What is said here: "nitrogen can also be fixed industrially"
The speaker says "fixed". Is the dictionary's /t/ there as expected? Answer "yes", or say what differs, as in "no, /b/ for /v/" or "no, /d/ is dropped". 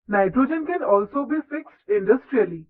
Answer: yes